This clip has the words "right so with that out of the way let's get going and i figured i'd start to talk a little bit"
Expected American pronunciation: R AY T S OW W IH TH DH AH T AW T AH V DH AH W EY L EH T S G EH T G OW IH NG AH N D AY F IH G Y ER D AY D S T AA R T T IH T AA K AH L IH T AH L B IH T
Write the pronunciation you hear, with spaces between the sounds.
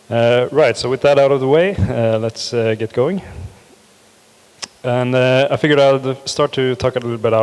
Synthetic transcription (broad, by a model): R AY T S OW W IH DH AH T AW T AH V DH AH W EY L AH T S G EH T G OW IH NG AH N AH AY F IH G Y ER AY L S T AA R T T IH T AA K AH L IH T L B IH T